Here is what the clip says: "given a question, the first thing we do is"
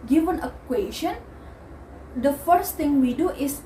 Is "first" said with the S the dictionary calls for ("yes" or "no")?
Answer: yes